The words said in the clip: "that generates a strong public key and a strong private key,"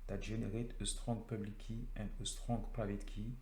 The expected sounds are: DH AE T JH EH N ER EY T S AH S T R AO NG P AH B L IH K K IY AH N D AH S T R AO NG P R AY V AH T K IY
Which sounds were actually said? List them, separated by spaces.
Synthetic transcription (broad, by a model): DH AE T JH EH N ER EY T AH S T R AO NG P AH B L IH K K IY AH N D AH S T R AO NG P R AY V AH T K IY